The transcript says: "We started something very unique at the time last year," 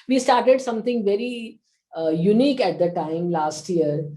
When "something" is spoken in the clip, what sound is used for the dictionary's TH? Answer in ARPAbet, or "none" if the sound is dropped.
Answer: T